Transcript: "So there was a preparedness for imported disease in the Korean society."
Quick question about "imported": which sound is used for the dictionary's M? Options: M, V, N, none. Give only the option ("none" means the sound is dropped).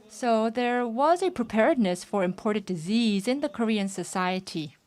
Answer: M